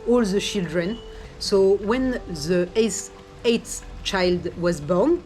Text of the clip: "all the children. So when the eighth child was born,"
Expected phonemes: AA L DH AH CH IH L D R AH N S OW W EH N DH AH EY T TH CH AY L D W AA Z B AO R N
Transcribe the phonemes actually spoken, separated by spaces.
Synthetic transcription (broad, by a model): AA L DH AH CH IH L D R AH N S OW W EH N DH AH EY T S CH AY L D W AA Z B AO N